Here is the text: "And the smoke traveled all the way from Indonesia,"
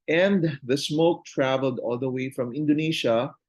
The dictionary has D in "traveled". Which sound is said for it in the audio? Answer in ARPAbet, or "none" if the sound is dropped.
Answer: D